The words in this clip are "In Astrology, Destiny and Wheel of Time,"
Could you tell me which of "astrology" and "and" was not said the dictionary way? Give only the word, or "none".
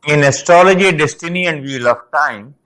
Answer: none